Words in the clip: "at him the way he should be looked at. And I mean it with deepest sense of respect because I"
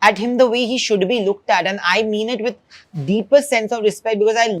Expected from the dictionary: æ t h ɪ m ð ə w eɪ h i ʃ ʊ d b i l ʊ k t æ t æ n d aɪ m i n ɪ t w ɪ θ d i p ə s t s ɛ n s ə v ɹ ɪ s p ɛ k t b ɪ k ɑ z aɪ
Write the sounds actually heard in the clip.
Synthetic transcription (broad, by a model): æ t h ɪ m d ə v eɪ h i ʃ ʊ d b i l ʊ k t æ t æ n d aɪ m i n ɪ t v ɪ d d i p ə t s ɛ n s ə v ɹ ɪ s p ɛ k t b ɪ k ɑ z aɪ